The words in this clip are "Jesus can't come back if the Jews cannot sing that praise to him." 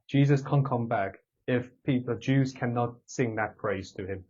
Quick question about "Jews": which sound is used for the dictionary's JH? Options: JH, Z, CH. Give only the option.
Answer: JH